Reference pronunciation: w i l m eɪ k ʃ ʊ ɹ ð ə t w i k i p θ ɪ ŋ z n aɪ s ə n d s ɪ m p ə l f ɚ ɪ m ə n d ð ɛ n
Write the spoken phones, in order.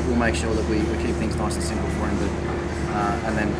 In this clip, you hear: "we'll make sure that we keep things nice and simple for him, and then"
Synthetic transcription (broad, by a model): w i l m eɪ k ʃ ʊ ɹ ð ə t w i k i p θ ɪ ŋ z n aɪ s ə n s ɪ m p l f ɚ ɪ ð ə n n ð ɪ n